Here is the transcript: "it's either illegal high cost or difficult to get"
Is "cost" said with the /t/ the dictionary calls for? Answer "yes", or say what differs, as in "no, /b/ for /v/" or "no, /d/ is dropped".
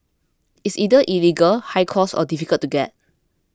no, /t/ is dropped